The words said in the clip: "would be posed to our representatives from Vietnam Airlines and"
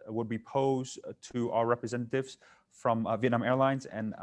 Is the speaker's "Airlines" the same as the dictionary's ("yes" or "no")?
yes